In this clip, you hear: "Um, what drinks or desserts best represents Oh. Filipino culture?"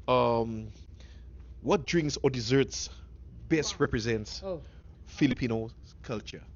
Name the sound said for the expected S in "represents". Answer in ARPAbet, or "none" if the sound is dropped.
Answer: S